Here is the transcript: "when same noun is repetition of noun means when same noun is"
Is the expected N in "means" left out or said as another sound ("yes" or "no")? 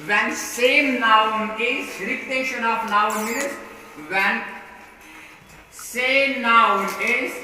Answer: yes